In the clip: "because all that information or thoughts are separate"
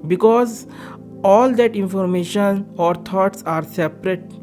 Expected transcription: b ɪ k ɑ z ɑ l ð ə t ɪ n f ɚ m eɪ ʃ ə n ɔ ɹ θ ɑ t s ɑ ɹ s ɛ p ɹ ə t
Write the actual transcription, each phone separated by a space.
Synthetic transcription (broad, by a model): b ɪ k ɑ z ɑ l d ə t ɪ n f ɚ m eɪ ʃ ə n ɔ ɹ t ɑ t s ɑ ɹ s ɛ p ɹ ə t